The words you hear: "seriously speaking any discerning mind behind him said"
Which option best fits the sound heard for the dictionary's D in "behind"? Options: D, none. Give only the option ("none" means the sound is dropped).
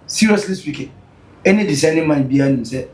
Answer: none